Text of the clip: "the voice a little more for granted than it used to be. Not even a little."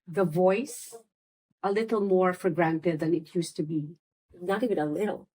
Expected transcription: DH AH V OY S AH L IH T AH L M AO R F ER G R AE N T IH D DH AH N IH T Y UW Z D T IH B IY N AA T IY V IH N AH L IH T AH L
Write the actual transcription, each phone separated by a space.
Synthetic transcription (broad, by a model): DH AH V OY S AH L IH T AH L M AO R F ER G R AE N T IH D DH AH N IH T Y UW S T IH B IY N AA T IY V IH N AH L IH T L